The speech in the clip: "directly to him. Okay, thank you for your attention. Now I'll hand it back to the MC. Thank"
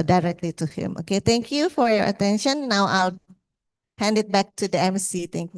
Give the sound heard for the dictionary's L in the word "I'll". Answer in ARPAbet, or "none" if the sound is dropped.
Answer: L